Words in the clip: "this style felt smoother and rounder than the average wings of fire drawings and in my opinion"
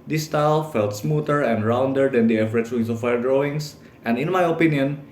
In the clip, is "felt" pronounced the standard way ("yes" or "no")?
yes